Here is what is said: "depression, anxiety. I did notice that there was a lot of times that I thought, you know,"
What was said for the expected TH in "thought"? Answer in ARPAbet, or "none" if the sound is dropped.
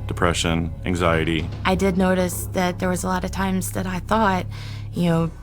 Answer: TH